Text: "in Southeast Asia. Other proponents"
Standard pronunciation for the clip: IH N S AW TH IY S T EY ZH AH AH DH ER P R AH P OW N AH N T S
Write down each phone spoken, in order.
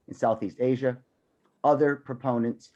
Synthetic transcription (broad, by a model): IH N S AW TH IY S T EY ZH AH AH DH ER P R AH P OW N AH N T S